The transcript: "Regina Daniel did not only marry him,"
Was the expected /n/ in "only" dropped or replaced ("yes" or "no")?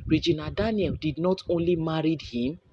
no